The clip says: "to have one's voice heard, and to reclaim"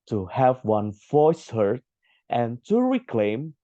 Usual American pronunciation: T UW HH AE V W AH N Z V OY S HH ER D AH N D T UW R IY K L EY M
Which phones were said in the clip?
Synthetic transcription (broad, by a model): T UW HH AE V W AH N V OY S HH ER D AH N T UW R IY K L EY M